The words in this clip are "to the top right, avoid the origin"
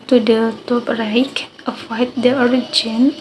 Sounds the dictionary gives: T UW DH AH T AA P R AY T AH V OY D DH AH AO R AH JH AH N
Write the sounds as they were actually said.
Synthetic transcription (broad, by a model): T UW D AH T AA P R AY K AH F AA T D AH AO R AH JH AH N